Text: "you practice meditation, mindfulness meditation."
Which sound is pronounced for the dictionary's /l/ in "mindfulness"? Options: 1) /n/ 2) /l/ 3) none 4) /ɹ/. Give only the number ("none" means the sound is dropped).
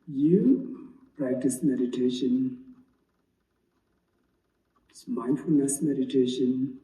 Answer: 2